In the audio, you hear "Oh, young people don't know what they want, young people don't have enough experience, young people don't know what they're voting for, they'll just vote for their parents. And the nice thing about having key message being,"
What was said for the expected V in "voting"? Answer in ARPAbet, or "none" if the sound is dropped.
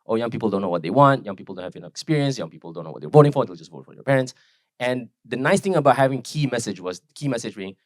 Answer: V